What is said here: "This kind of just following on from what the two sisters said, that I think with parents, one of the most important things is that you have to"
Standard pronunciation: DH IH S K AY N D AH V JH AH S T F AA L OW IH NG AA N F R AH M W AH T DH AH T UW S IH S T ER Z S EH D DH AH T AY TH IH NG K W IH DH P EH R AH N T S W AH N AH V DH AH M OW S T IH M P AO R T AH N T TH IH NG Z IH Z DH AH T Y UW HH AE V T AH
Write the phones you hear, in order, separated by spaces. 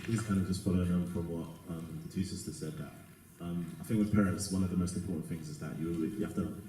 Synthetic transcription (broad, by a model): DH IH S K AY N D AH V JH AH S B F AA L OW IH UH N F R AH M W AH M DH AH T UW S IH S T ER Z S EH D DH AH T AY TH IH NG K W IH DH P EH R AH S W AH N AH V DH AH M OW S T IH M P AO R T N TH IH NG Z IH Z DH AH T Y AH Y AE F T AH